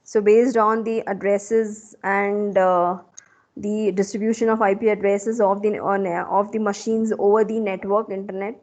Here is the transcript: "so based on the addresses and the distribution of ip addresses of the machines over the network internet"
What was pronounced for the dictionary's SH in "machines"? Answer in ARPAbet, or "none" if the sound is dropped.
SH